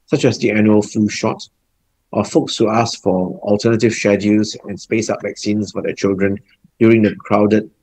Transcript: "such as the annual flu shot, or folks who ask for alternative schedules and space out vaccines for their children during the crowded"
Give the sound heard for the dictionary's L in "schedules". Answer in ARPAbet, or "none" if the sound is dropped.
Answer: none